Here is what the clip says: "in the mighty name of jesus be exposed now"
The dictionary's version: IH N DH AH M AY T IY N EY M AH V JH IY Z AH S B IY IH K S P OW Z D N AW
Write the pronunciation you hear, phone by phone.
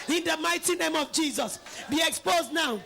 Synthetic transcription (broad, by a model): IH N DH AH M AY T IY N EY M AH V JH IY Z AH S B IY IH K S P OW Z D N AW